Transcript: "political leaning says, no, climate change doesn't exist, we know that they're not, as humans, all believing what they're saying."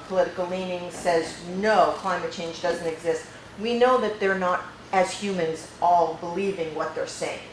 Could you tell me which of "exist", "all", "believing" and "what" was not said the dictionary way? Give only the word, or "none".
none